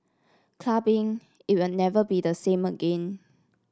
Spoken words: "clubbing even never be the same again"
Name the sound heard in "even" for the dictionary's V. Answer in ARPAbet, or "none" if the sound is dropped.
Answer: W